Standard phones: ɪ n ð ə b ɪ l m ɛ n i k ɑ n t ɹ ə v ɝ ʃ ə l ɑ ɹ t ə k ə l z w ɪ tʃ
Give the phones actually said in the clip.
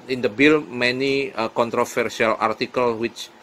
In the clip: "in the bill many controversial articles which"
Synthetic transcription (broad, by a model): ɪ n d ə b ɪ l m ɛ n i k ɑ n t ɹ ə f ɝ s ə l ɑ ɹ t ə k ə l w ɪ tʃ